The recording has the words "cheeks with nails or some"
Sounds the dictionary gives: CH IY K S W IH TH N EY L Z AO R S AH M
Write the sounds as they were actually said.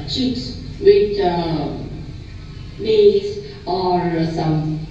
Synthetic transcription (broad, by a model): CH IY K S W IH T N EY Z AO R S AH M